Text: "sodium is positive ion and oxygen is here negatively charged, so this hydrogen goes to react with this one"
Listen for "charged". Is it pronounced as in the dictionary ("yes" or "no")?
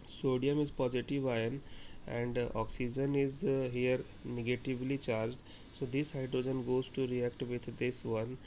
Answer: yes